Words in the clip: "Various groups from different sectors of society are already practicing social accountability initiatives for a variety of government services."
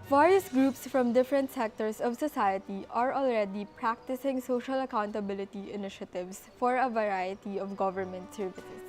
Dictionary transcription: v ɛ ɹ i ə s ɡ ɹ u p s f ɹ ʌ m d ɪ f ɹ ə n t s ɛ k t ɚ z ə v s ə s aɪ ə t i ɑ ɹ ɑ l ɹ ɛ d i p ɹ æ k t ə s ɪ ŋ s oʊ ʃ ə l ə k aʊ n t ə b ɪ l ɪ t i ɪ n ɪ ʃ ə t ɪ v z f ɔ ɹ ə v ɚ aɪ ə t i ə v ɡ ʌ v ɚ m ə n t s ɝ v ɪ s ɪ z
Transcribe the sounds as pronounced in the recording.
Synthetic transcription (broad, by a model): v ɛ ɹ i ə s ɡ ɹ u p s f ɹ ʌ m d ɪ f ɹ ə n t s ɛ k t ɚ s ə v s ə s aɪ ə t i ɑ ɹ ɑ l ɹ ɛ d i p ɹ æ k t ə s ɪ ŋ s oʊ ʃ ə l ə k aʊ n t ə b ɪ l ɪ t i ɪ n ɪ ʃ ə t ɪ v s f ɔ ɹ ə v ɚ aɪ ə t i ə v ɡ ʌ v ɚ m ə n t s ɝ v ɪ s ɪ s